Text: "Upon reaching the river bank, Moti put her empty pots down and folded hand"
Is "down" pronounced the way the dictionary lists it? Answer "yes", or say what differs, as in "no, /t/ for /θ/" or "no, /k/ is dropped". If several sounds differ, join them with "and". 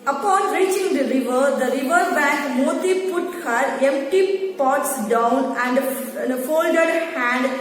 yes